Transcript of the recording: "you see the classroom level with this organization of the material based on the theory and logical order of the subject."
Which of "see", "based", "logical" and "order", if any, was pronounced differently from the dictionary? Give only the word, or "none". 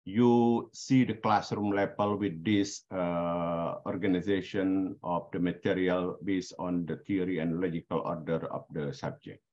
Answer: based